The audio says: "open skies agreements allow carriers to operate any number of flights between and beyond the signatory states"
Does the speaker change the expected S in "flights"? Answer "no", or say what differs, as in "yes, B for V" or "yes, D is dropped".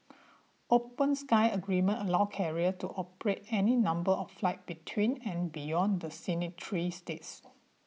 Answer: yes, S is dropped